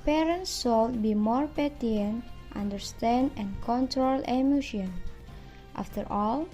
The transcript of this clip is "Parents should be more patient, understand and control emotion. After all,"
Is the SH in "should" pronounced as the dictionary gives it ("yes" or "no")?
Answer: no